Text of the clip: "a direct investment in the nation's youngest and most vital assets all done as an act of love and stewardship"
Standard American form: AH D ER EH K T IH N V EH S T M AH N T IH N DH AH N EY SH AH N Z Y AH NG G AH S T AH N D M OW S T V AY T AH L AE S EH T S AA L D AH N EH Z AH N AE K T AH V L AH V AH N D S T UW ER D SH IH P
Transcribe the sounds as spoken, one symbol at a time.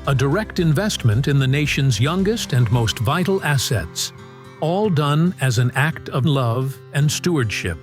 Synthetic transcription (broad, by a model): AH D ER EH K T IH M V EH S T M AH N T IH N DH AH N EY SH AH N Z Y AH NG G AH S T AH N M OW S T V AY T L AE S EH T S AA L D AH N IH Z AH N AE K T AH V L AH V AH N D S T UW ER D SH IH P